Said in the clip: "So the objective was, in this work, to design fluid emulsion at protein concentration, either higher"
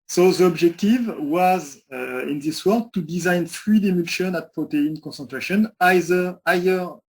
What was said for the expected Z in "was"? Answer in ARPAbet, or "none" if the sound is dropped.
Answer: Z